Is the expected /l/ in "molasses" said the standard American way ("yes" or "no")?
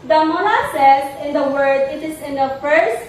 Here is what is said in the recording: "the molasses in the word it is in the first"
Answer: no